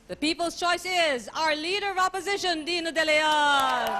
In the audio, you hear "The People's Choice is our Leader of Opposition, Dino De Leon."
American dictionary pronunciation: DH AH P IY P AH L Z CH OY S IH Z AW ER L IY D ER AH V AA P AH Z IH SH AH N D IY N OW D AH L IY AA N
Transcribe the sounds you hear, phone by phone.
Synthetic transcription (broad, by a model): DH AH P IY P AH L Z CH OY S IH Z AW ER L IY D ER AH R AA P AH Z IH SH AH N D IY N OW D AH L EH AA